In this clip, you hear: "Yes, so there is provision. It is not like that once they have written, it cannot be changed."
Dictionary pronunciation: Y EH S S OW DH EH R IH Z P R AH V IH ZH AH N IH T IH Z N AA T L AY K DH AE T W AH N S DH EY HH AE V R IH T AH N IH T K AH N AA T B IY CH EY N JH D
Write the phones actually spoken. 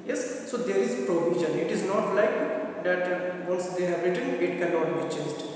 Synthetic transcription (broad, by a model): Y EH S S OW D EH R IH Z P R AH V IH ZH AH N IH T IH Z N AA T L AY K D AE T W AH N S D EY HH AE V R IH T AH N IH T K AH L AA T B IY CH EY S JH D